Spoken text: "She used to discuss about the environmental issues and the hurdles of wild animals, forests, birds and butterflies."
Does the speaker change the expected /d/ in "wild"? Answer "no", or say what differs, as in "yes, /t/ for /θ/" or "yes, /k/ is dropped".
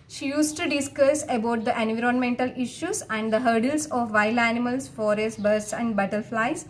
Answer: yes, /d/ is dropped